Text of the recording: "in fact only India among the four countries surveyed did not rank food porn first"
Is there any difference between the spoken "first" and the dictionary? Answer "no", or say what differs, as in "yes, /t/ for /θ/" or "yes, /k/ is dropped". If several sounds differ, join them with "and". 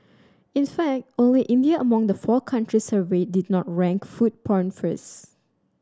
yes, /t/ is dropped